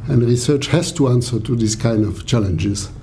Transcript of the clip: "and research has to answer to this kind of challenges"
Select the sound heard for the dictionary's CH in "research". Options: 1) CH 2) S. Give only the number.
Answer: 1